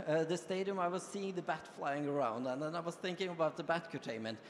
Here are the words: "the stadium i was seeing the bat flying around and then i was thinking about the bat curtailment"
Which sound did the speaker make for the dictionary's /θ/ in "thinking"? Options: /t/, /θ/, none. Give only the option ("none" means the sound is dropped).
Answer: /θ/